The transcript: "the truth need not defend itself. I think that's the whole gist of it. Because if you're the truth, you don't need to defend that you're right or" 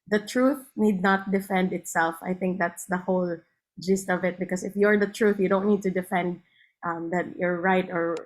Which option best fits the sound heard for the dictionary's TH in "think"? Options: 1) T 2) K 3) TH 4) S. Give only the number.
3